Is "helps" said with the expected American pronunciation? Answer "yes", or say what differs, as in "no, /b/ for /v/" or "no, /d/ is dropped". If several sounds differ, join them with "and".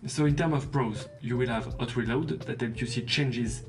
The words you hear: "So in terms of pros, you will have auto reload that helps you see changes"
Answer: no, /s/ is dropped